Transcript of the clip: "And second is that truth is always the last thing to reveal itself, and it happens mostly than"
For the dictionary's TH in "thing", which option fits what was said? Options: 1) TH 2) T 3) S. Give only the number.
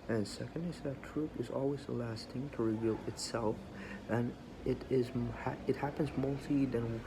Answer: 2